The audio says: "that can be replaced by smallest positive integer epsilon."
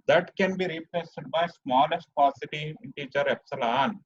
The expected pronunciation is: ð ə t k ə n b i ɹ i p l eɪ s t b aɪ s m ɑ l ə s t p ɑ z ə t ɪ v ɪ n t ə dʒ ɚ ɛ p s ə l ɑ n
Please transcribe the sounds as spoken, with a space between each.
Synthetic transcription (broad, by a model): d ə t k ə n b i ɹ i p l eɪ s t b aɪ s m ɑ l ə s t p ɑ s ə t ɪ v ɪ n t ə tʃ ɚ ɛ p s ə l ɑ n